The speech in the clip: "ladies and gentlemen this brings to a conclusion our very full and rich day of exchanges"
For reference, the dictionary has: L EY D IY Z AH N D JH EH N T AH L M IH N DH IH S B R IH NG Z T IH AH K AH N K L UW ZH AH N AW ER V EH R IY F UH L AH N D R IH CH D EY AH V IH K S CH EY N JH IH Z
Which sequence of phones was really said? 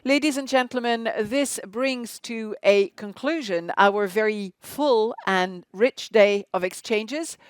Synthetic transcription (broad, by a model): L EY D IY Z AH N JH EH N T L M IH N DH IH S B R IH NG Z T IH AH K AH N K L UW ZH AH N AW ER V EH R IY F UH L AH N R IH CH D EY AH V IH K S CH EY N JH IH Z